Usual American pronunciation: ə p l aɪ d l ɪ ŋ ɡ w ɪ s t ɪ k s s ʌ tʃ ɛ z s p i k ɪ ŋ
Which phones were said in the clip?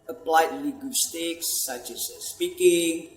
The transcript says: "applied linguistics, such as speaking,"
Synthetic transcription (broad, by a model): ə p l aɪ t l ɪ ɡ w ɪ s t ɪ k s s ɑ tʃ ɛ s s p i k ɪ ŋ